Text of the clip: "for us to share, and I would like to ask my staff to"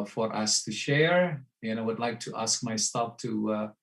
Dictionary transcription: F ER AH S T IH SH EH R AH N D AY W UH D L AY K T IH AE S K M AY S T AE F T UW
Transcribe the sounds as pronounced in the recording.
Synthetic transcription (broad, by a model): F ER AH S T IH SH EH R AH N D AY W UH D L AY K T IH AE S K M AY S T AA P T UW